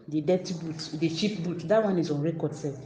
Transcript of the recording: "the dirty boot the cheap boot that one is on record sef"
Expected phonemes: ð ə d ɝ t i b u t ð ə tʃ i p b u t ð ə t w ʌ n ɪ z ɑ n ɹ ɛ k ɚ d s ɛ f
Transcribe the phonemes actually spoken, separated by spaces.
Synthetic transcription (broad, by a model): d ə d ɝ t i b u t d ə ʃ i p b u t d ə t w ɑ n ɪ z ɑ n ɹ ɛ k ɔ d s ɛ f